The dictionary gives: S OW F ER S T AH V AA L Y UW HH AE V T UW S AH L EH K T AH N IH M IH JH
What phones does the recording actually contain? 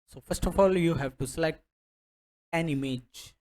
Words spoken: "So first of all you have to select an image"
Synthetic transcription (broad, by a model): S OW F ER S T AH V AA L Y UW HH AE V T UW S L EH T AH N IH M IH JH